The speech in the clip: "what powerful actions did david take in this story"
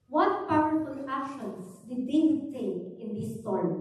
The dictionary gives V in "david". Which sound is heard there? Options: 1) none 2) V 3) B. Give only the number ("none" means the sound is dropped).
1